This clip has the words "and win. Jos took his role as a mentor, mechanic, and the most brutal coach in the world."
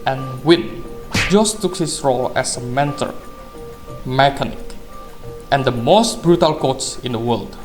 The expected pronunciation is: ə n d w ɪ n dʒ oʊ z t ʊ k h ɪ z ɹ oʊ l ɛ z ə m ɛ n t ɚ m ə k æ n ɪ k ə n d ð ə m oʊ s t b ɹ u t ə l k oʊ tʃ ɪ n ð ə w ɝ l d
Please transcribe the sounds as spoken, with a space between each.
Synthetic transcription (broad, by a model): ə n w ɪ n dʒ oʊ s t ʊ k h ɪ s ɹ oʊ l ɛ s ə m ɛ n t ɚ m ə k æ n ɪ k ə n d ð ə m oʊ s t b ɹ u t ə l k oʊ s ɪ n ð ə w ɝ l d